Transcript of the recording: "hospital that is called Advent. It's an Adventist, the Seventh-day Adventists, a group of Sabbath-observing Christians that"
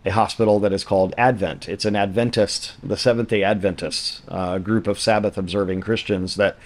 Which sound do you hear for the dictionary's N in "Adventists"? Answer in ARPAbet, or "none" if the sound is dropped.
N